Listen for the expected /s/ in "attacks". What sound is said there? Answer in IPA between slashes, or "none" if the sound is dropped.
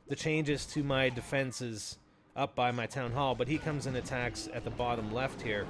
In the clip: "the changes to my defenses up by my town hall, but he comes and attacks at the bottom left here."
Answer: /s/